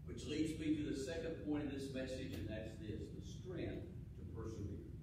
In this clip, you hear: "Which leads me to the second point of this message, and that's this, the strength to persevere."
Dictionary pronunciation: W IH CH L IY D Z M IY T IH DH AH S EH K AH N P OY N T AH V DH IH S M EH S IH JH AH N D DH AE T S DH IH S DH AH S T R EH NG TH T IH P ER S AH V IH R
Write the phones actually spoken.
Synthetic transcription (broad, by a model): W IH CH L IY D Z M IY T IH DH AH S EH K AH N P OY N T AH V DH IH S M EH S IH JH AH N DH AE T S DH IH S DH AH S T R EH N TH T IH P ER S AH V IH R